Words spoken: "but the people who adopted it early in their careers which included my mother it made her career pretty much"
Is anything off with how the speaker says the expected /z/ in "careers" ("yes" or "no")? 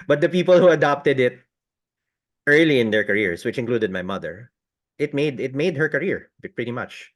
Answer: yes